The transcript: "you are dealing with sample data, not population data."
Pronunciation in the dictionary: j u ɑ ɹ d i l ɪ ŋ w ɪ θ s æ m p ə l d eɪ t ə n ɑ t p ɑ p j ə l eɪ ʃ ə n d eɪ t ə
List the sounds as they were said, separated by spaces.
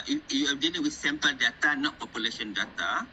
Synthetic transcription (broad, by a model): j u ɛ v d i n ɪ w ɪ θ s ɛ m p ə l d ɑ t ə n ɑ t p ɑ p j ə l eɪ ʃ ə n d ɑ t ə